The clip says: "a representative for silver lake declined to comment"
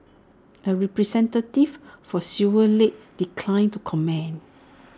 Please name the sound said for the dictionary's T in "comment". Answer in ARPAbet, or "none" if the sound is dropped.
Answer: none